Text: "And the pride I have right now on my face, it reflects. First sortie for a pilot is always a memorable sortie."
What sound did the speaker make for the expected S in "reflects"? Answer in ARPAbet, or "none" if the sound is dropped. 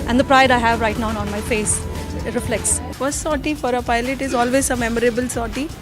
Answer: S